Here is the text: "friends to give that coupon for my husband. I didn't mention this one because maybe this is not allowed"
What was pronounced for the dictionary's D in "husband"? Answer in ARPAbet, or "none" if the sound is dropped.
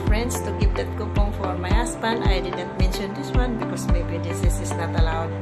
none